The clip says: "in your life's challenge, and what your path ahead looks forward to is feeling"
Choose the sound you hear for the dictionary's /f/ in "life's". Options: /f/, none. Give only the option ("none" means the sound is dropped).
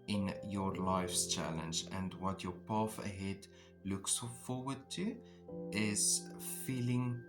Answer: /f/